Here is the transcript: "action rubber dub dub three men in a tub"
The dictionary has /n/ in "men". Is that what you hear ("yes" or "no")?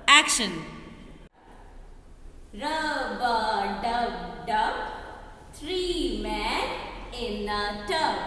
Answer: no